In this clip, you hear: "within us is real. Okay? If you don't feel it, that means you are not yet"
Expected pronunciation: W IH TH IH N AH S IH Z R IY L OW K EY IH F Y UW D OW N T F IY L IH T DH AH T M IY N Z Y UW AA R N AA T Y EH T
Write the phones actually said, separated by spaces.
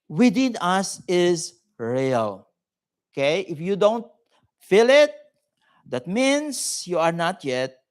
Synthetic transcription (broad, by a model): W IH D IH N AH S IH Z R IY L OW K EY IH F Y UW D OW N T F IY L IH T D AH T M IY N S Y UW AA R N AA T Y EH T